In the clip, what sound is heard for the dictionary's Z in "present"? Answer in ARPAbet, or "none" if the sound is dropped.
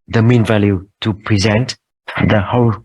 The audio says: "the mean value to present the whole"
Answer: Z